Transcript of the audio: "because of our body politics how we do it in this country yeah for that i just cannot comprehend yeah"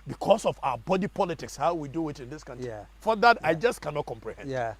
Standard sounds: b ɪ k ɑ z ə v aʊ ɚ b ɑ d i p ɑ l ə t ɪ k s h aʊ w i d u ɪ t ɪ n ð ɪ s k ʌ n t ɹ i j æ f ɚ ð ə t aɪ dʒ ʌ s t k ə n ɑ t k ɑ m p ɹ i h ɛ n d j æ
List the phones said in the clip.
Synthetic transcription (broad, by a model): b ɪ k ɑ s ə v aʊ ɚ b ɑ d i p ɑ l ə t ɪ k s h aʊ w i d u ɪ t ɪ n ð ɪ s k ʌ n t i f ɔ ð ə t aɪ dʒ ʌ s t k ə n ɑ t k ɑ m p ɹ i h ɛ n d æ